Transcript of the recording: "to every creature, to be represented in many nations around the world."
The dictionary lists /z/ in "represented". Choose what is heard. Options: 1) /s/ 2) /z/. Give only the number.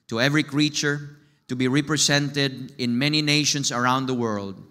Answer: 1